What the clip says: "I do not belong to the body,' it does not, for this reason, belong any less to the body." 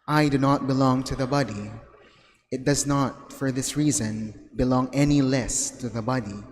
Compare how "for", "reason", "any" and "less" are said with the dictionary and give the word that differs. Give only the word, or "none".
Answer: none